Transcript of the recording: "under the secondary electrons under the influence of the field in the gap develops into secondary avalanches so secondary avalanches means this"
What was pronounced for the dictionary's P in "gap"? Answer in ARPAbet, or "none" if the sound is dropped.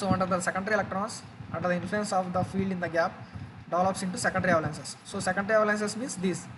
P